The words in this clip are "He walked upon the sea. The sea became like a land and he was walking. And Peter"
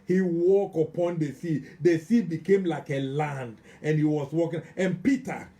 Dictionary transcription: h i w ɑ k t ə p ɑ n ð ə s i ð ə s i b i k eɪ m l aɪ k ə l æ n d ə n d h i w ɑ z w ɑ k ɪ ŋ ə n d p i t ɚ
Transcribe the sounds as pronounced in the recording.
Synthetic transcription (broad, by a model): h i w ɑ k ə p ɑ n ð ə s i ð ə s i b i k eɪ m l aɪ k ə l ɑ n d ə n h i w ɑ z w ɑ k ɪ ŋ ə n p i t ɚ